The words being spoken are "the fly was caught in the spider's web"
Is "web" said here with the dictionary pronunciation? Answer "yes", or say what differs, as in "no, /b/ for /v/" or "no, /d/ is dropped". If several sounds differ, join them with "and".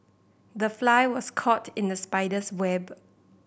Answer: yes